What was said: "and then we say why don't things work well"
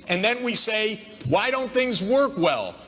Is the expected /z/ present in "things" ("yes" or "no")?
yes